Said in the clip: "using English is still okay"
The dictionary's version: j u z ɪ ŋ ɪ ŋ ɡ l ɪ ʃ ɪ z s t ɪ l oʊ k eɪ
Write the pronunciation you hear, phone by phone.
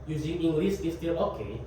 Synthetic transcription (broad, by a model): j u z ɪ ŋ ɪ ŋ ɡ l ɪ s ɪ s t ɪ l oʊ k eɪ